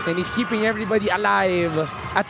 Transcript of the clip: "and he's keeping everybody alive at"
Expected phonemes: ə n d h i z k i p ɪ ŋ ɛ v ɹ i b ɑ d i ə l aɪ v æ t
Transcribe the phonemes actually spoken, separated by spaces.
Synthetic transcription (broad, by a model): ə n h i s k i p ɪ ŋ ɛ v ɹ i b ɑ d i ə l aɪ v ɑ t